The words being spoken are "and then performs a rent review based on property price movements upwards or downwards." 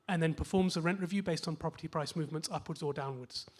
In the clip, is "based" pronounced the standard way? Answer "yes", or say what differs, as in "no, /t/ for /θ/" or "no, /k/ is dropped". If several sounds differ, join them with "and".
yes